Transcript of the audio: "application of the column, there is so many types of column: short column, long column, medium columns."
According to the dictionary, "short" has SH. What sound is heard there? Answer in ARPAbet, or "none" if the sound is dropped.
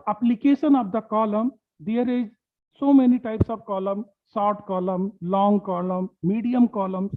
S